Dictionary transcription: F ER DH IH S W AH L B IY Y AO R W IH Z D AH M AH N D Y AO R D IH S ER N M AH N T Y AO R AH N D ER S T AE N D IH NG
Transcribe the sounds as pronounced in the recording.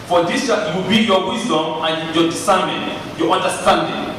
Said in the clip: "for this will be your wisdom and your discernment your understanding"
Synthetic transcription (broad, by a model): F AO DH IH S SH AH W B IY Y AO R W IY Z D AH M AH N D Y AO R D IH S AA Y M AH N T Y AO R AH N D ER S T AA N D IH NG